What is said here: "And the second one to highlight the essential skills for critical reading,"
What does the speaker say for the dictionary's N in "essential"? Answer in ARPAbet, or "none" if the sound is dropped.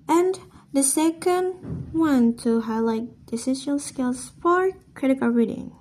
none